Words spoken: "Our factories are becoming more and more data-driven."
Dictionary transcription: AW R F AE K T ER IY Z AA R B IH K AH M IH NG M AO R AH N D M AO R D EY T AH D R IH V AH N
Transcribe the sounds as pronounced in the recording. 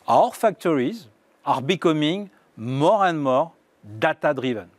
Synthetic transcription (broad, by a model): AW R F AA K T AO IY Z AA R B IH K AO M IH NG M AO R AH N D M AO R D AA T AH D R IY V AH N